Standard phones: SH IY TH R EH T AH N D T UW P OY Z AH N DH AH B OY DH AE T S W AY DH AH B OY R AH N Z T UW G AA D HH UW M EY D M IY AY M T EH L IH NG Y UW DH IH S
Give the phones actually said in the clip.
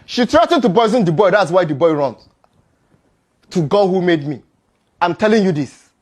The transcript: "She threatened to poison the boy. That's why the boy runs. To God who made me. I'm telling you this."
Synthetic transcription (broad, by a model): SH IY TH R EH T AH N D T UW B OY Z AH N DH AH B OY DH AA T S W AY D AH B OY R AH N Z T UW G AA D HH UW M EY D M IY AY M T EH L IH NG Y UW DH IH S